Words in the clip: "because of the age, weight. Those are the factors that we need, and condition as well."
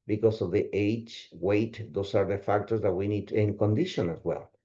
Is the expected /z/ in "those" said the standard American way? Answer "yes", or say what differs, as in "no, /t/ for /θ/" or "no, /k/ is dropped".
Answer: no, /s/ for /z/